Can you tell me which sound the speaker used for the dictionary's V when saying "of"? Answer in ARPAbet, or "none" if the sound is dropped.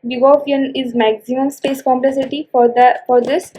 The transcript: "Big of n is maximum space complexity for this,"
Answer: P